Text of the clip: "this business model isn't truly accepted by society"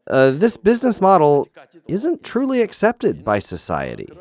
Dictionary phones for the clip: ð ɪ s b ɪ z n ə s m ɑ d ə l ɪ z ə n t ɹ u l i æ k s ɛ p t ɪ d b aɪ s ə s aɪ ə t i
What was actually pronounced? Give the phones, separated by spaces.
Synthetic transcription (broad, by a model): ð ɪ s b ɪ z n ə s m ɑ d l ɪ z ə n t ɹ u l i æ k s ɛ p t ɪ d b aɪ s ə s aɪ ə t i